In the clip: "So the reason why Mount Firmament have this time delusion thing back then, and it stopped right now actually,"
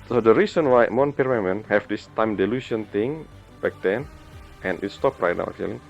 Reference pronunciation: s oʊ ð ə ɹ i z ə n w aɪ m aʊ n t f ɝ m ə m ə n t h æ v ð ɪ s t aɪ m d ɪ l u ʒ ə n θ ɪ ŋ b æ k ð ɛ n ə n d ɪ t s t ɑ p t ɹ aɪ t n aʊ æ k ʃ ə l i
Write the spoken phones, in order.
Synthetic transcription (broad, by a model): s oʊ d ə ɹ i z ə n w aɪ m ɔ n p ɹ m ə m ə n h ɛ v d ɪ s t aɪ m d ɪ l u s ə n t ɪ ŋ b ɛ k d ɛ n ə n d ɪ t s t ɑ p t ɹ aɪ t n aʊ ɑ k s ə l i